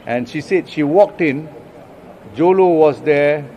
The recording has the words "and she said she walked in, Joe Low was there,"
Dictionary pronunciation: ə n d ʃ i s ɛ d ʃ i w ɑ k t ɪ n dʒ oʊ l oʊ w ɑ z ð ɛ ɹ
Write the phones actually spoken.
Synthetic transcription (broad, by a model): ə n ʃ i s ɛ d ʃ i w ɑ k t ɪ n dʒ oʊ l oʊ w ɑ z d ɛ